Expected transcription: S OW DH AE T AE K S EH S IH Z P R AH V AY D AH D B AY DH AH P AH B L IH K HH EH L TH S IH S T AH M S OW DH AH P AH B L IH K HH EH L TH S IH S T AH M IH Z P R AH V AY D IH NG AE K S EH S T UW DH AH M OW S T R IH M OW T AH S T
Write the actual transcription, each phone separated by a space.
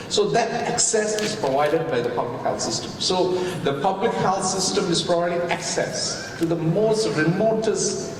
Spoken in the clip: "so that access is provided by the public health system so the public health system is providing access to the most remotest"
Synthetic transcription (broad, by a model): S OW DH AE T AE K S EH S IH Z P R AH V AY D AH D B AY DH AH P AH B L IH K HH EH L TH S IH S T AH M S OW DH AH P AH B L IH K HH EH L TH S IH S T AH M IH Z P R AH B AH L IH AE K S EH S T UW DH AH M OW S T R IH M OW T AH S